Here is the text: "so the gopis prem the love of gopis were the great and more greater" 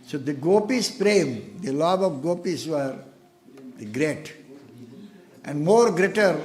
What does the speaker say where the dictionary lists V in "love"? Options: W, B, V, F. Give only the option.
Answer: B